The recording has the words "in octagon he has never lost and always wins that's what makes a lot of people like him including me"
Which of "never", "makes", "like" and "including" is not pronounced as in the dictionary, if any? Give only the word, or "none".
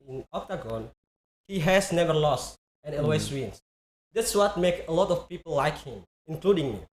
makes